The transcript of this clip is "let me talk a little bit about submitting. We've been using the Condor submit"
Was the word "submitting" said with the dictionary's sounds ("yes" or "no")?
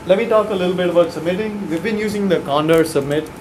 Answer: yes